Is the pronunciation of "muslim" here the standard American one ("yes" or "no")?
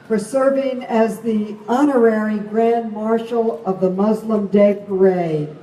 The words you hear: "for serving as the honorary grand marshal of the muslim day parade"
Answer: yes